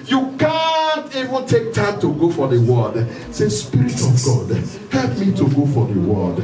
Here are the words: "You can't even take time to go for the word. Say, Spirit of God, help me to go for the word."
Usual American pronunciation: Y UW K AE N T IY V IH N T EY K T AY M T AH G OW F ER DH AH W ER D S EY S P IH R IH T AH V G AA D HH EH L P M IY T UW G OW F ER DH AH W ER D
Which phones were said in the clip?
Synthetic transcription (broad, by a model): Y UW K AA N T IY V IH N T EY K T AY M T AH G OW F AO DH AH W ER D S EY S P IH R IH T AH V G AA D HH EH L P M IY T UW G OW F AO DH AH W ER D